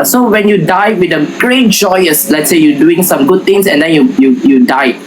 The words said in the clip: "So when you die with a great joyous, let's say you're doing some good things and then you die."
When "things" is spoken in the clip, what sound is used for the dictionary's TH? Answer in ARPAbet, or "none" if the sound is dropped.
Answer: T